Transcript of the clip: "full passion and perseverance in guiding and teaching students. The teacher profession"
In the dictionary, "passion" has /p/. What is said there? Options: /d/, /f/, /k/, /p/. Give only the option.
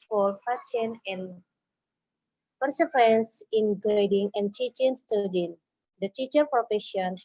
/f/